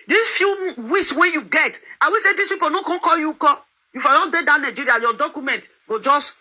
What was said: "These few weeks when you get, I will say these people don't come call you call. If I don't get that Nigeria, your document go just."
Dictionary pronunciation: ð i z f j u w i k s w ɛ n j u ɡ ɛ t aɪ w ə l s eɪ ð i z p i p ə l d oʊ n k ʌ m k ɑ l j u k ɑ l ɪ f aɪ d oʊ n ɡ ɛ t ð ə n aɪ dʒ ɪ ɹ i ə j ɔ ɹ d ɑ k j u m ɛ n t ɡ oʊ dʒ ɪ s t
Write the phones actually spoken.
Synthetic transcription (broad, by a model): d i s f j u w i s w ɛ j u ɡ ɛ t aɪ w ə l s eɪ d i s p i p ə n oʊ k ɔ k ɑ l j u k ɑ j ɪ f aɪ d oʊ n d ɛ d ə n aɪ dʒ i ɹ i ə j ɔ d ɑ k j u m ɛ n t ɡ oʊ dʒ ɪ s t